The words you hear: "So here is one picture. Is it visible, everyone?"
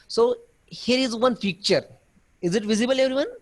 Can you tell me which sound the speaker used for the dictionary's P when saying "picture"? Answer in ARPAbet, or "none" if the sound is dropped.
F